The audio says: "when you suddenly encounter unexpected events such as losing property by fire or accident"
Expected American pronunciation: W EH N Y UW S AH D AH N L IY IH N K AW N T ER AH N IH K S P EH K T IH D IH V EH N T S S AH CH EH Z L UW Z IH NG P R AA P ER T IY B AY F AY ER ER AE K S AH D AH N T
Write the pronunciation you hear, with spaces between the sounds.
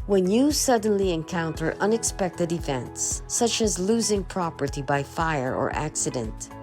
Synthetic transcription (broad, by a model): W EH N Y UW S AH D N L IY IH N K AW N T ER AH N IH K S P EH K T IH D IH F EH N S S AH CH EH Z L UW Z IH NG P R AA P ER T IY B AY F AY ER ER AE K S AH D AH N T